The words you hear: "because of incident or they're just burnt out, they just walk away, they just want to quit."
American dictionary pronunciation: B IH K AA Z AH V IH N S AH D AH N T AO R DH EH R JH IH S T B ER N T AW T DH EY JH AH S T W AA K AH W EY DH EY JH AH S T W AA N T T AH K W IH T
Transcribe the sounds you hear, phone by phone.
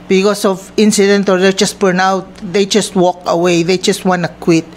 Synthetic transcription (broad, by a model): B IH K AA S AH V IH N S AH D AH N T AO R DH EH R JH IH S T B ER N AW T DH EY JH AH S T W AA K AH W EY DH EY JH AH S T W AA N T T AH K W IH T